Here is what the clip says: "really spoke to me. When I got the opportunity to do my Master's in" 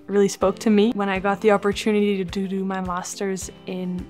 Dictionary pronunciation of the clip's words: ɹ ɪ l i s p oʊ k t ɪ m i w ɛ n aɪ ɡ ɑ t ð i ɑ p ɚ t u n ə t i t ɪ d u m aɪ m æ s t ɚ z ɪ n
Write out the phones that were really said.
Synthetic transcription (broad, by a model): ɹ ɪ l i s p oʊ k t ɪ m i w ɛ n aɪ ɡ ɑ t ð i ɑ p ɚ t u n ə t i t ɪ d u m aɪ m æ s t ɚ z ɪ n